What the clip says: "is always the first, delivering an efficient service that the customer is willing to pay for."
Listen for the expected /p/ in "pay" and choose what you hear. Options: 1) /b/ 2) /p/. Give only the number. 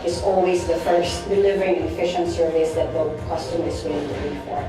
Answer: 1